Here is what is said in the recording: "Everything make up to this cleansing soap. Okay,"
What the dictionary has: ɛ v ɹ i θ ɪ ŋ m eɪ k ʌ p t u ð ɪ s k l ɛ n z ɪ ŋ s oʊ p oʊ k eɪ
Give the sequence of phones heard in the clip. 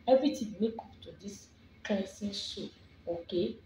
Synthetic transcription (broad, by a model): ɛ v ɹ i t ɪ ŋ m eɪ k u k t u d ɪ s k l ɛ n s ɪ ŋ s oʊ oʊ k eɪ